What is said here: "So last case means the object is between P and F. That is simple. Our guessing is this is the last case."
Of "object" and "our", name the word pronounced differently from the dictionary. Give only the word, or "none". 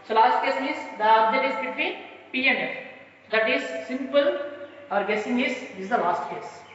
object